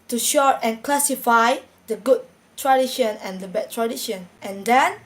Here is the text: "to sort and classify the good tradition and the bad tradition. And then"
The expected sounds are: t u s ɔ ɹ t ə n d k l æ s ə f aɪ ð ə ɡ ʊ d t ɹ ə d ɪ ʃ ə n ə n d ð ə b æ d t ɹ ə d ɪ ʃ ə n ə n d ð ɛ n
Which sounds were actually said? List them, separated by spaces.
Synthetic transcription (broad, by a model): t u ʃ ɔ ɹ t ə n k l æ s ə f aɪ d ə ɡ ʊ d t ɹ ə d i ʃ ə n ə n d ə b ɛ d t ɹ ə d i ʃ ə n ə n d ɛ n